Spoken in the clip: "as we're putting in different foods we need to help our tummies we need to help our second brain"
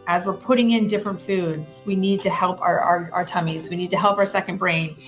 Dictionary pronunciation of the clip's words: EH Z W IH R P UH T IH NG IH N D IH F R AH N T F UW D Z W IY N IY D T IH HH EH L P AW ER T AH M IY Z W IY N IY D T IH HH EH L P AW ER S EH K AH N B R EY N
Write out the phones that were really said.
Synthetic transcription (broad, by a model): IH Z W IH R P UH T IH NG IH N D IH F R AH N T F UW D Z W IY N IY D T IH HH EH L P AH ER T AH M IY Z W IY N IY D T IH HH EH L P AW ER S EH K AH N B R EY N